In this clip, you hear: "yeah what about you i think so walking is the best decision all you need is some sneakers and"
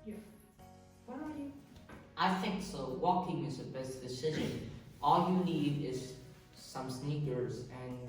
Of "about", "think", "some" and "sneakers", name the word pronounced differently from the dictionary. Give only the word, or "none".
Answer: about